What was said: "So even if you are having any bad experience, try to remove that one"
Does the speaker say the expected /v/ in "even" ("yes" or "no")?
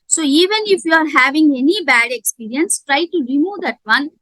yes